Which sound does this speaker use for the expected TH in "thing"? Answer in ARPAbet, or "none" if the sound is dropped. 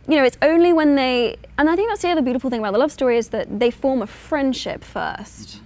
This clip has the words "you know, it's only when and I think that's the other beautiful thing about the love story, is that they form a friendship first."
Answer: TH